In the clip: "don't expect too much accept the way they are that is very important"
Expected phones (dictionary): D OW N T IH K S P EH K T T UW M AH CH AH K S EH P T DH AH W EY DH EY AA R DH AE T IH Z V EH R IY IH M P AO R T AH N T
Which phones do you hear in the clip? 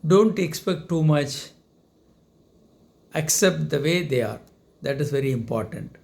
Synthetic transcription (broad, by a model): D OW N T IH K S P EH K T T UW M AH CH AH K S EH P T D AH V EY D EY AA R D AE T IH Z V EH R IY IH M P AO R T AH N T